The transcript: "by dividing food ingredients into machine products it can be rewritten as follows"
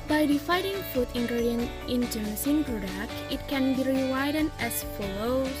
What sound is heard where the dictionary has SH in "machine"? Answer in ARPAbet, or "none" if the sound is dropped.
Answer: S